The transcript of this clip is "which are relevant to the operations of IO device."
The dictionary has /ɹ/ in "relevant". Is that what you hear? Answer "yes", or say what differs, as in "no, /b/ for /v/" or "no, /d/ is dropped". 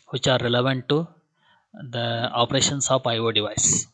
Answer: yes